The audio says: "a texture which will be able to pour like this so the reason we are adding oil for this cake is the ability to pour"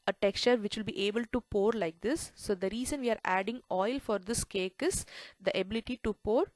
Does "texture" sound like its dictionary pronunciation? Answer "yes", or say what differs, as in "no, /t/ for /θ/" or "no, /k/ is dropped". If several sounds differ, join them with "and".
yes